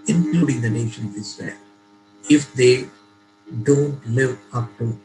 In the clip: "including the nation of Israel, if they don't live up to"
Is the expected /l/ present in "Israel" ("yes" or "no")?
no